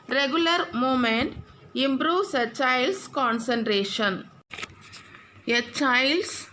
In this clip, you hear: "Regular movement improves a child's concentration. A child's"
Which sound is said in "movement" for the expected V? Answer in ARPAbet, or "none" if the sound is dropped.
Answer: none